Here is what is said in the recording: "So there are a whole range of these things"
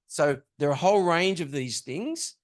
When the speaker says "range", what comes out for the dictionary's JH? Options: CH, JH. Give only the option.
JH